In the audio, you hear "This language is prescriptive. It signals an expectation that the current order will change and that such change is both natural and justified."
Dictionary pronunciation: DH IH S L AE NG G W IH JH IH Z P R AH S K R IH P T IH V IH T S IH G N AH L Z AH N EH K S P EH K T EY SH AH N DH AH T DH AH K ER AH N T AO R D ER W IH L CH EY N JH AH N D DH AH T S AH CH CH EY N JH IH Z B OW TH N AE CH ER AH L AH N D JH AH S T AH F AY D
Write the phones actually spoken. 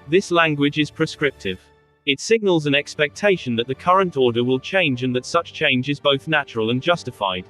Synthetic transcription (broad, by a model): DH IH S L AE NG G W IH JH IH Z P R AH S K R IH P T IH V IH T S IH G N AH L Z AH N EH K S P EH K T EY SH AH N DH AH T DH AH K ER AH N T AO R D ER W IH L CH EY N JH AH N DH AH T S AH CH CH EY N JH IH Z B OW TH N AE CH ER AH L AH N JH AH S T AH F AY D